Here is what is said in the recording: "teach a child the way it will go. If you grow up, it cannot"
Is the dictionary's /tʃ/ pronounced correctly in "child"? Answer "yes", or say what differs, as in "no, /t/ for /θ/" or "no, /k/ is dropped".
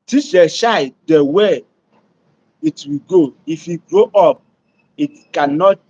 no, /ʃ/ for /tʃ/